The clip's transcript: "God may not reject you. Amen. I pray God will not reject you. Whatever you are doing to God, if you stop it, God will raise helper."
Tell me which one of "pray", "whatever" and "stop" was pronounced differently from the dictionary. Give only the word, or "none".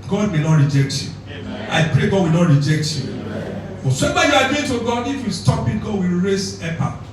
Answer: whatever